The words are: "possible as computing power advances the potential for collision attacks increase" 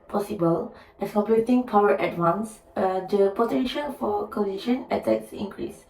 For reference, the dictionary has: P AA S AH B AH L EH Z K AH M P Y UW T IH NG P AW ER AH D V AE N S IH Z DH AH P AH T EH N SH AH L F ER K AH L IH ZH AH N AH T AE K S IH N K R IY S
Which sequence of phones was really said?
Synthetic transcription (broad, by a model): P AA S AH B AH L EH S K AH P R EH T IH NG P AW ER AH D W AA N S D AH P AH T EH N SH AH L F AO K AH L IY SH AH N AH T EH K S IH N K R IY S